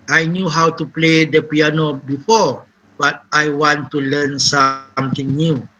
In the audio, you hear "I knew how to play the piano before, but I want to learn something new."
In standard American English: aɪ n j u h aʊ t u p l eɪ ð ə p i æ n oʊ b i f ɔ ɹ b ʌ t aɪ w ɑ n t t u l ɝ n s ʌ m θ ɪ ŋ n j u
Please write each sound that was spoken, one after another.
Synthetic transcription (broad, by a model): aɪ n j u h aʊ t u p l eɪ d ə p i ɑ n oʊ b i f ɔ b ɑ t aɪ w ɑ n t t u l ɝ n s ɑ m t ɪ ŋ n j u